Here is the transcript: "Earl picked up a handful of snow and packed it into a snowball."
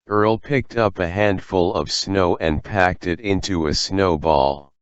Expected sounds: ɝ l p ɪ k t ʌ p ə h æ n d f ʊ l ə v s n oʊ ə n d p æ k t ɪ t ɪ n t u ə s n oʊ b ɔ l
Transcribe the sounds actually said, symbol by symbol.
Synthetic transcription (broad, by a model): ɝ l p ɪ k t ʌ p ə h æ n d f ʊ l ə v s n oʊ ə n p æ k t ɪ t ɪ n t u ə s n oʊ b ɔ l